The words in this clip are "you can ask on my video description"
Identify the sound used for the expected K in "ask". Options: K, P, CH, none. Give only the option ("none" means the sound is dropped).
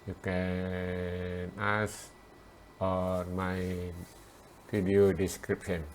none